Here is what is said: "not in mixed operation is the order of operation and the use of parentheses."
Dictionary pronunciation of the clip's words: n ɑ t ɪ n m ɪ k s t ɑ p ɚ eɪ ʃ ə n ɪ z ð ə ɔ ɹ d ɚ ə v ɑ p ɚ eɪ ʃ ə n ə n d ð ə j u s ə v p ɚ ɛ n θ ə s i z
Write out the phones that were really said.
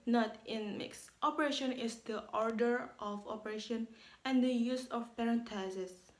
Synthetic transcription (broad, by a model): n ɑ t ɪ n m ɪ k s t ɑ p ɚ eɪ ʃ ə n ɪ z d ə ɔ ɹ d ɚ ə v ɑ p ɚ eɪ ʃ ə n ə n d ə j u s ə f p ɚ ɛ n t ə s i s